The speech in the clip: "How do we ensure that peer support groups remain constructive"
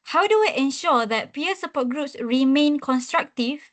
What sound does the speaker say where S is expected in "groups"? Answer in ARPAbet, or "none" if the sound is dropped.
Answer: S